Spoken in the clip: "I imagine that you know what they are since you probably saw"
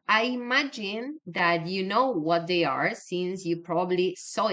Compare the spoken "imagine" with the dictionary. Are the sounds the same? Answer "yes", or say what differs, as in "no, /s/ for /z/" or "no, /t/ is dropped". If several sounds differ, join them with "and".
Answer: yes